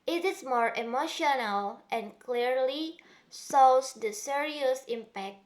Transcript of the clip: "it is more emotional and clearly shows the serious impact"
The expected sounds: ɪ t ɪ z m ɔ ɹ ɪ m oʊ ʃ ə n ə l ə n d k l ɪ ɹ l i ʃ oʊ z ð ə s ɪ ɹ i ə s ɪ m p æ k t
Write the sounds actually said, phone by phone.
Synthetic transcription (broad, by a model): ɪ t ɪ s m ɔ ɹ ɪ m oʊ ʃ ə n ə l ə n k l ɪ ɹ l i s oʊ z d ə s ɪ ɹ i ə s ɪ m p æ k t